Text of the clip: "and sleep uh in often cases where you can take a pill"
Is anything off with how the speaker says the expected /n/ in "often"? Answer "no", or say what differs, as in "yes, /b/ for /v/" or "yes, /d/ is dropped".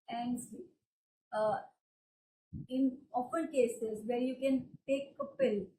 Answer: yes, /l/ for /n/